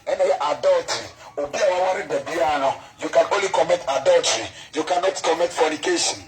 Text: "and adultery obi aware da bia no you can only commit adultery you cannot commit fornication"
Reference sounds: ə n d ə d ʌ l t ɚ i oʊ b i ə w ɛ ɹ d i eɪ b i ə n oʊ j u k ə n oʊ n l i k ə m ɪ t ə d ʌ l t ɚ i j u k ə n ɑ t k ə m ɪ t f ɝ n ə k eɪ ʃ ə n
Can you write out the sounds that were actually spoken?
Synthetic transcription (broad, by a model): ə n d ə d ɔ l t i oʊ b i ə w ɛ w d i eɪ b i ə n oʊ j u k ə n oʊ n l i k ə m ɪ t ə d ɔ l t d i j u k ə n ɑ t k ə m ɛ t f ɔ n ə k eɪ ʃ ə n